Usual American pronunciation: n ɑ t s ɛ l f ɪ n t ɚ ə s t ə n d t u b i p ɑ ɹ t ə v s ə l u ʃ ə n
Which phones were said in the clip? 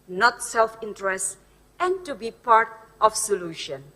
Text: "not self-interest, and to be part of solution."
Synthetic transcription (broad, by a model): n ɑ t s ɛ l f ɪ n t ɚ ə s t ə n t u b i p ɑ ɹ t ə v s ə l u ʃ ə n